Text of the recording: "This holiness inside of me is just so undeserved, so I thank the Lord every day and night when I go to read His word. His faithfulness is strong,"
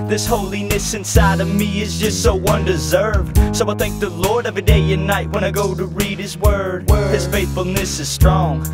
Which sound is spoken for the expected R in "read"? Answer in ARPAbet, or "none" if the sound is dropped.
R